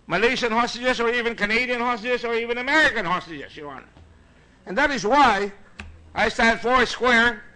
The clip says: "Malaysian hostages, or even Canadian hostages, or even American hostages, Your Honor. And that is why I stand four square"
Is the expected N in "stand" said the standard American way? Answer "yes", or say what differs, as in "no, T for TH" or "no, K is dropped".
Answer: no, N is dropped